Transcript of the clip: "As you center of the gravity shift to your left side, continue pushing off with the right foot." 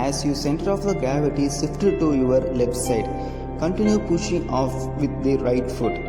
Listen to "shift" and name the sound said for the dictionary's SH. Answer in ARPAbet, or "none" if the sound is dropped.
S